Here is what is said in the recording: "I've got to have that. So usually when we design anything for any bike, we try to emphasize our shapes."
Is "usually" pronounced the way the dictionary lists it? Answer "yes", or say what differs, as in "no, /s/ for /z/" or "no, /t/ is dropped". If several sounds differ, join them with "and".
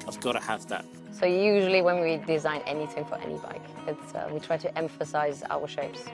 yes